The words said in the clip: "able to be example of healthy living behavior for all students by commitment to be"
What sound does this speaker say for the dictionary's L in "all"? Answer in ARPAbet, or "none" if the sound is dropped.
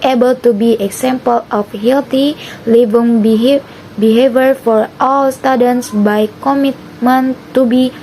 L